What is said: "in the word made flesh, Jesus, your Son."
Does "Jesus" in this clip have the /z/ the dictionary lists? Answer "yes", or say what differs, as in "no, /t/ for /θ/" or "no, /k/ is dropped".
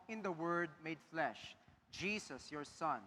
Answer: no, /s/ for /z/